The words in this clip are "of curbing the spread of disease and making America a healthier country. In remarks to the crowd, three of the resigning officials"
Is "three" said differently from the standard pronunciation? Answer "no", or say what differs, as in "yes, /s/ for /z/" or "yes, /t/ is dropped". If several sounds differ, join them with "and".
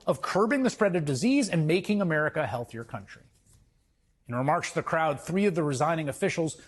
no